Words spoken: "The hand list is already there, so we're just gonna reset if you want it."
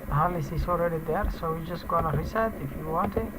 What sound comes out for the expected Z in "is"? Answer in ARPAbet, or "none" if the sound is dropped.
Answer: S